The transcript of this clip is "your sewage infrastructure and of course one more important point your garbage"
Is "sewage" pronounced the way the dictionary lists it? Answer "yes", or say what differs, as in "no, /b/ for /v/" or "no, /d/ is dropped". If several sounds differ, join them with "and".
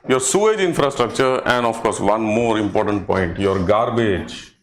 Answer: yes